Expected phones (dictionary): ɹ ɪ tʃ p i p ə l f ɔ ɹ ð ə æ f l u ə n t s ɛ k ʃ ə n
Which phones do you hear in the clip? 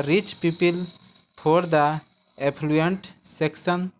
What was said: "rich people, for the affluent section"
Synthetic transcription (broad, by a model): ɹ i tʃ p i p ə l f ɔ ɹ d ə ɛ p l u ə n t s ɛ k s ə n